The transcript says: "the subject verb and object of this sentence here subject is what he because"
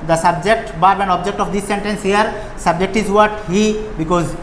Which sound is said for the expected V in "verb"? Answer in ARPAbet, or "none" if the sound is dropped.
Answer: B